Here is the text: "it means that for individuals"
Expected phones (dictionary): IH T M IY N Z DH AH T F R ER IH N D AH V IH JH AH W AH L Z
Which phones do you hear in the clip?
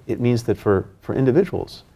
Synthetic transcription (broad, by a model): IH T M IY N Z DH AH T F R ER IH N D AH V IH JH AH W L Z